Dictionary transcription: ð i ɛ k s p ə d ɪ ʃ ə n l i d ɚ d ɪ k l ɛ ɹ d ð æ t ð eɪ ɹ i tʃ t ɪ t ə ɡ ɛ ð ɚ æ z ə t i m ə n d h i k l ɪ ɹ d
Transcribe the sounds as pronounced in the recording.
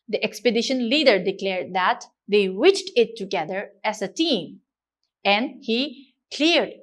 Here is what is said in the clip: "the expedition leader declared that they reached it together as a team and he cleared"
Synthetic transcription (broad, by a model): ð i ɛ k s p ə d ɪ ʃ ə n l i d ɚ d ɪ k l ɛ ɹ d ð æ t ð eɪ w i tʃ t ɪ t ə ɡ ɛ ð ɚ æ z ə t i m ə n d h i k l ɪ ɹ d